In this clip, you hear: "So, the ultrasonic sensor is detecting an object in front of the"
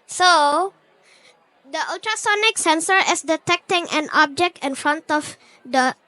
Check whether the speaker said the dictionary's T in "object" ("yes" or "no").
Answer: yes